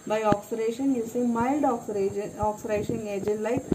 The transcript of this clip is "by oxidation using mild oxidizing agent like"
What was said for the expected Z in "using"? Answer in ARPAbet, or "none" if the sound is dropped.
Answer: S